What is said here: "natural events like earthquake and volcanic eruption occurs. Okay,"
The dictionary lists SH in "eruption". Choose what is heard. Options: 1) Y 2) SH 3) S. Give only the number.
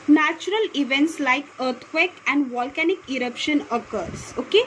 2